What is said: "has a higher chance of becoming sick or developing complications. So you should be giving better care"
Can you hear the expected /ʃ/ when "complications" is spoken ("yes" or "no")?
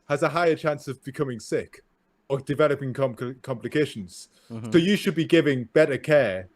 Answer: yes